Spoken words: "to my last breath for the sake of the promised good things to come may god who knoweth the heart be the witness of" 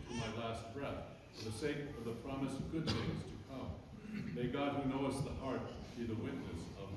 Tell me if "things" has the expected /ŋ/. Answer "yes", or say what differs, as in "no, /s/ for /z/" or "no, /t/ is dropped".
no, /ŋ/ is dropped